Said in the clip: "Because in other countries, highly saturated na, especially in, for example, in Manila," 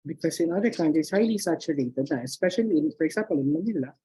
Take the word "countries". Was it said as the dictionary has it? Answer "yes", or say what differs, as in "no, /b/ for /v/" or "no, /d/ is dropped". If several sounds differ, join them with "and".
no, /ɹ/ is dropped